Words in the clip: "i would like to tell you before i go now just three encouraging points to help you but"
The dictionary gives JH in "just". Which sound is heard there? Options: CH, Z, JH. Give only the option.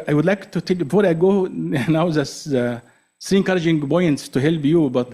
Z